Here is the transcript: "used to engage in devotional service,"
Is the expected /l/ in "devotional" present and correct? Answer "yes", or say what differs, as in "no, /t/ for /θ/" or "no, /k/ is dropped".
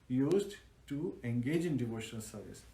yes